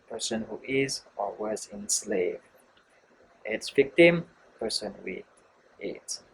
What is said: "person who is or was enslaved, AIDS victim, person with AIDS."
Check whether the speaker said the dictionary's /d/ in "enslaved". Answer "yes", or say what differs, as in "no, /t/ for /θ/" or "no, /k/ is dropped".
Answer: no, /d/ is dropped